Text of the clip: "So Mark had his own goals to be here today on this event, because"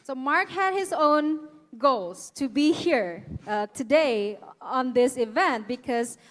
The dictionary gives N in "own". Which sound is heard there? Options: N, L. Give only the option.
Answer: N